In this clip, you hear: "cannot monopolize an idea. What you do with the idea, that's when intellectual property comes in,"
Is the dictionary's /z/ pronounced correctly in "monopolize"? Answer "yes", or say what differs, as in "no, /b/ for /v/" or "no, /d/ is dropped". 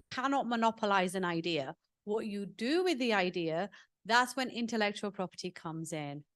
yes